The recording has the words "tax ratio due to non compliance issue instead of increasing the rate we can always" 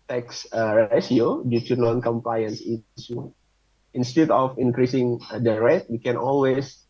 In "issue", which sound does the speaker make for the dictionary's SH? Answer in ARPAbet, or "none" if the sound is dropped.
S